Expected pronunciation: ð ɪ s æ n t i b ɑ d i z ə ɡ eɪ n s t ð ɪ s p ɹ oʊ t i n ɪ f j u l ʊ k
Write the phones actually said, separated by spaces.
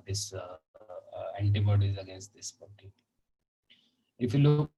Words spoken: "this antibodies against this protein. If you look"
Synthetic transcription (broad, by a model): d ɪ s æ n t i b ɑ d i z ə ɡ eɪ n s t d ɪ s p oʊ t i ɪ f j u l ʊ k